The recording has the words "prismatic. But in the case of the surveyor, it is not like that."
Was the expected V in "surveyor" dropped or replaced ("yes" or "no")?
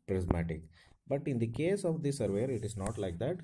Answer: no